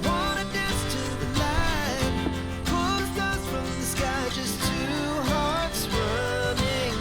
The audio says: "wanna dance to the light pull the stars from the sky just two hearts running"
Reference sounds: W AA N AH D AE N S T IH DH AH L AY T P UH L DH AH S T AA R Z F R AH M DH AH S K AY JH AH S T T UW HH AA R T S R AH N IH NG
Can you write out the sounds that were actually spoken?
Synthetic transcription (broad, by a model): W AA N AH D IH S T IH DH AH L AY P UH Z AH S F R AH M DH AH S K AY JH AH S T T UW HH AA R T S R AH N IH NG